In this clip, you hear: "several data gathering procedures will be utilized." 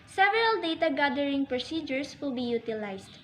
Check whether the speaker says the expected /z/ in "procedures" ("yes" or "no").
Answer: no